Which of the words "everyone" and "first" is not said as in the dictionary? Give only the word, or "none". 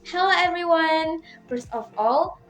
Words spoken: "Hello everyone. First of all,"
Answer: first